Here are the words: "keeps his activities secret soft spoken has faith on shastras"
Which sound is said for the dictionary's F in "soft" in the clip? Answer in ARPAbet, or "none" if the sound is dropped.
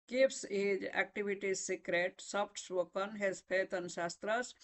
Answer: P